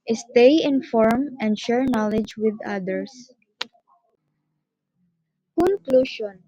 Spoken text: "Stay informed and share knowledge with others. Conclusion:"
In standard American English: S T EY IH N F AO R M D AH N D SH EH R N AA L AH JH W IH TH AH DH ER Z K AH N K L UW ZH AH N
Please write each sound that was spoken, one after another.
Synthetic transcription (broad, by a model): S T EY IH N F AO R M AH N D SH EH R N AA L AH JH W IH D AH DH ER S K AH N K L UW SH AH N